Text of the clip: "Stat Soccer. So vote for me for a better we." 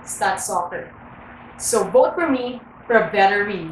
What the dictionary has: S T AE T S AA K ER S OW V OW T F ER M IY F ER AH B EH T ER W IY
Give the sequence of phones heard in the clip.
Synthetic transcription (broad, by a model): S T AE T S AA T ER S OW B OW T F ER M IY F ER AH B EH T ER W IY